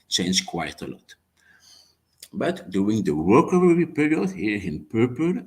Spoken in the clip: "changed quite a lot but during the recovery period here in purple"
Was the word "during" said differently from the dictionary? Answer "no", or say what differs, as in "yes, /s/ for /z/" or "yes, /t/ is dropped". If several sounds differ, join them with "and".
yes, /ɹ/ is dropped